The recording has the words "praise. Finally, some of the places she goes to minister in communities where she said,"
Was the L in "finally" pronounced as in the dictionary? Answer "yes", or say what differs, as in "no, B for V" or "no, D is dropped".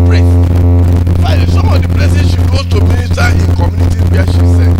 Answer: no, L is dropped